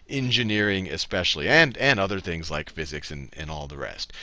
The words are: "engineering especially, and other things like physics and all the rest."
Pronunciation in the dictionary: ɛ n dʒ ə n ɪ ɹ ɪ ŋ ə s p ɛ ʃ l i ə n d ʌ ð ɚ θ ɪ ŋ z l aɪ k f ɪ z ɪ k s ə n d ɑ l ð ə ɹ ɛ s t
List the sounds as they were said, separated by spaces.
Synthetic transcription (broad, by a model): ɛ n dʒ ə n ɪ ɹ ɪ ŋ ə s p ɛ ʃ l i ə n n ʌ ð ɚ θ ɪ ŋ z l aɪ k f ɪ z ɪ k s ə n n ɑ l ð ə ɹ ɛ s t